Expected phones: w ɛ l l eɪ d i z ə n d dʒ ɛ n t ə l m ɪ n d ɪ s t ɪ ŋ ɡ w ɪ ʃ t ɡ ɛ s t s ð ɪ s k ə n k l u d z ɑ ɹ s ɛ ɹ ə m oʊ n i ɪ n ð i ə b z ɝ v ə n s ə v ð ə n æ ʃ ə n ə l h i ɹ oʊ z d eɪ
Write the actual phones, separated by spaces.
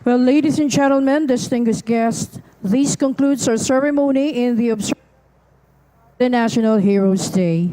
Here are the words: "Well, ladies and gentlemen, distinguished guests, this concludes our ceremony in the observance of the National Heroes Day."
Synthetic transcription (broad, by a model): w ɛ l l eɪ d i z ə n dʒ ɛ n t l m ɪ n d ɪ s t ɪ ŋ ɡ w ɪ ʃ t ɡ ɛ s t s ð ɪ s k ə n k l u d s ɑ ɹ s ɛ ɹ ə m oʊ n i ɪ n ð i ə b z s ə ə n æ ʃ ə n ə l h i ɹ oʊ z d eɪ